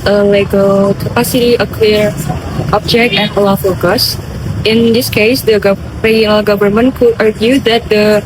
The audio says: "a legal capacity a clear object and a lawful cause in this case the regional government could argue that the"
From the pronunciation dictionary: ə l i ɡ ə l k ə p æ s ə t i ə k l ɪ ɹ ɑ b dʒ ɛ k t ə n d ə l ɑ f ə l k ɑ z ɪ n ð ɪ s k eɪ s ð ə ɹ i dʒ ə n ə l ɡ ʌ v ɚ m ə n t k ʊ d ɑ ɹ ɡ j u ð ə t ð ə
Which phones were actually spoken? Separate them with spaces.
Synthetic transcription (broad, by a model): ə l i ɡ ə l k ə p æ s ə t i ə k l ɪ ɹ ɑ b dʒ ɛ k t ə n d ə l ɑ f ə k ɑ s ɪ n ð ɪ s k eɪ s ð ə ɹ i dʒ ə n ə l ɡ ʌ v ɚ m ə n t k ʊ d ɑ ɹ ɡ j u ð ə t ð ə